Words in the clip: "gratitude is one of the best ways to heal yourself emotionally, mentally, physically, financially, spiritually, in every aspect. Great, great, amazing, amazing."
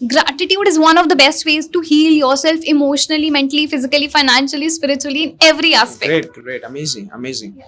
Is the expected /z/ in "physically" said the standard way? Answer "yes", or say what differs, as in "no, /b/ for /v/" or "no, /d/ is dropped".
yes